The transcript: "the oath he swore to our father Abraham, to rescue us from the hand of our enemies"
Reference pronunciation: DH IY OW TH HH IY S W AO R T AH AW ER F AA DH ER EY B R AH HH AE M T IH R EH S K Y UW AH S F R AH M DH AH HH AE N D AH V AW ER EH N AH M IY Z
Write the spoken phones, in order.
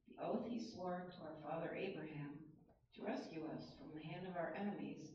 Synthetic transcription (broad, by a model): DH IY OW TH HH IY S W AO R T AH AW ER F AA DH ER EY B R AH HH AE M T IH R EH S K Y UW AH S F R AH M DH AH HH AE N D AH V AW ER EH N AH M IY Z